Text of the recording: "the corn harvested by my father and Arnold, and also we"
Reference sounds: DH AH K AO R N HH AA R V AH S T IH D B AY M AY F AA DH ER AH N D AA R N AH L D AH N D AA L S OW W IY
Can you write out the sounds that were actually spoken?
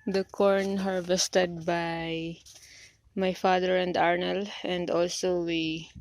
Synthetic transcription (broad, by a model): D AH K AO R N HH AA R V AH S T IH D B AY M AY F AA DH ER AH N D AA R N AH L AH N D AA L S OW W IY